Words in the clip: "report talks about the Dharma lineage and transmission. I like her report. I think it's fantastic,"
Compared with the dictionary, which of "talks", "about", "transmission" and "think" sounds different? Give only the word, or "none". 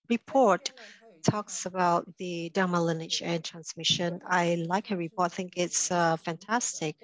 none